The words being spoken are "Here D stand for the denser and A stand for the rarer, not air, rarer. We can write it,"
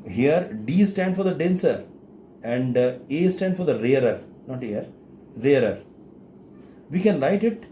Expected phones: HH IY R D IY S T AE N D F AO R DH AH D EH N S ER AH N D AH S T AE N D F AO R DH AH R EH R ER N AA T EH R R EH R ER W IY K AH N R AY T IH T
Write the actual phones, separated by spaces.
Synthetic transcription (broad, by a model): HH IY R D IY S T AE N D F AO R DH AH D EH N S ER AH N D AH S T AE N D F AO R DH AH R EH R ER N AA T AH R R EH R ER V IY K AH N L AY T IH T